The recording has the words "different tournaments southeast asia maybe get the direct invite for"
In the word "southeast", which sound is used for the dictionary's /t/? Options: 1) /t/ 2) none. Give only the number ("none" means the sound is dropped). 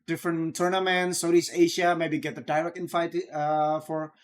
2